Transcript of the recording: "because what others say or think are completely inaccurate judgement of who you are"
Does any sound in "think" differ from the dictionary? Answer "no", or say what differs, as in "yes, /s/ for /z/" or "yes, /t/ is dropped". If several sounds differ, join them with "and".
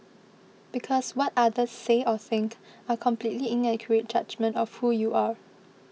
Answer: no